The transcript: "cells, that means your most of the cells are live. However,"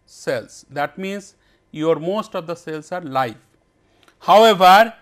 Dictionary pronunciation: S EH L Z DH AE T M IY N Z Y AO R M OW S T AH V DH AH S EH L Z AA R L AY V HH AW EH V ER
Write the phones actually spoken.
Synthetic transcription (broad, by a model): S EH L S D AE T M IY N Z Y AO R M OW S T AH V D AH S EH L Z AA R L AY F HH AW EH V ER